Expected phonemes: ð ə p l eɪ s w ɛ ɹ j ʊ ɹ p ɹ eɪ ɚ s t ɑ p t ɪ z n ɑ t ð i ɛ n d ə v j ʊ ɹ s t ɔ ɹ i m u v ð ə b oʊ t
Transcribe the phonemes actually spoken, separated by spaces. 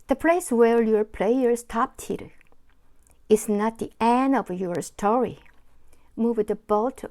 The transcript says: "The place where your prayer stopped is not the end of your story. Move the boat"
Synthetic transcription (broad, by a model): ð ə p l eɪ s w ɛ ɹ j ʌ ɹ p l eɪ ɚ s t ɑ p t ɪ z n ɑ t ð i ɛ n ə v j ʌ ɹ s t ɔ ɹ i m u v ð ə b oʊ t